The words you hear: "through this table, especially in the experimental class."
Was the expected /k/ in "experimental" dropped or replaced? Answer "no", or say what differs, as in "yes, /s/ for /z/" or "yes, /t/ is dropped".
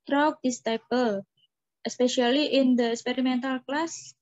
no